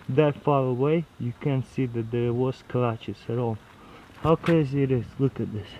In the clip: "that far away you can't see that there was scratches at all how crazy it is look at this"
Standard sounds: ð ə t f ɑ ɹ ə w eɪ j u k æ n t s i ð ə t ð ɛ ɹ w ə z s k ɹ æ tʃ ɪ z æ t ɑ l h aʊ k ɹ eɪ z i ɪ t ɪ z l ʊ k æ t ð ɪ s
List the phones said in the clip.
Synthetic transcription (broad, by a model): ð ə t f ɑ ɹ ə w eɪ j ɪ k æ n s i ð ə t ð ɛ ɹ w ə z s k l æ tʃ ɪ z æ t ɑ l h aʊ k eɪ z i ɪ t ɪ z l ʊ k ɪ t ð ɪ s